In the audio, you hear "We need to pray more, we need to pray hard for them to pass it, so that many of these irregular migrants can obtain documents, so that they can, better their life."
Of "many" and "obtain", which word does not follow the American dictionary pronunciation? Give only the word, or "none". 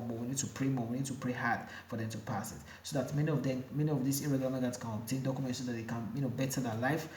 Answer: obtain